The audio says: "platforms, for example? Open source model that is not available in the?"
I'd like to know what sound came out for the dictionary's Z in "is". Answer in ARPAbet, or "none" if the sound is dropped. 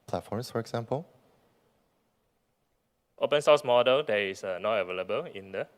S